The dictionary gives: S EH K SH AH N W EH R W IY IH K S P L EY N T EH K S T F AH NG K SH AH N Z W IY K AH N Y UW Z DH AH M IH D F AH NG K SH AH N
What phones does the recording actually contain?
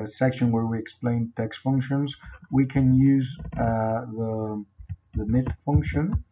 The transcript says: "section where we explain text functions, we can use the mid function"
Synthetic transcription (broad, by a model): S EH K SH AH N W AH R W IY IH K S P L EY N T EH K S T F AH NG K SH AH N Z W IY K AH N Y UW Z DH AH M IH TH F AH NG K SH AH N